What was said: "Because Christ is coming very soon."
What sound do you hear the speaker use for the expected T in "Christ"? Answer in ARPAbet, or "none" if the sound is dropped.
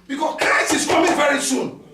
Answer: none